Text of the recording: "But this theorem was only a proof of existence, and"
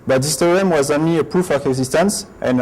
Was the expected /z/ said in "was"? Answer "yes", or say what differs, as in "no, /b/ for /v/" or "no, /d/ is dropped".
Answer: yes